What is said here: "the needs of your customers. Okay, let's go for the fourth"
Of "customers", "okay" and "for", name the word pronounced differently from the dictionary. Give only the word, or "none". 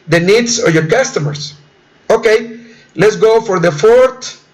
customers